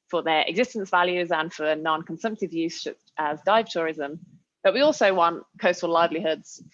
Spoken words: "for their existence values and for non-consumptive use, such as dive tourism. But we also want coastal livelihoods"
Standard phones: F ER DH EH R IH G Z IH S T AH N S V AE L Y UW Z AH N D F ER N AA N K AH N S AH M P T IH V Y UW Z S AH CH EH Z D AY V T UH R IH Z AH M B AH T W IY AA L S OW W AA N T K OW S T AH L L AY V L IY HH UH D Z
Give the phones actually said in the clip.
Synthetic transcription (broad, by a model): F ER DH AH R IH G Z IH S T AH N S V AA L Y UW Z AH N F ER N AA N K AH N S AH M P T IH V Y UW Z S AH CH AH Z D AY V T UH R IH Z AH M B AH T W IY AA L S OW W AA N T K OW S T AH L L AY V L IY HH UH D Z